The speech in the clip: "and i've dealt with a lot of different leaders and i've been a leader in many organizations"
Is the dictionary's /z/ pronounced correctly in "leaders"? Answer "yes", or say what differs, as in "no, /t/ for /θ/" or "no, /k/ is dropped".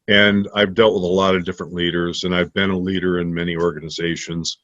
yes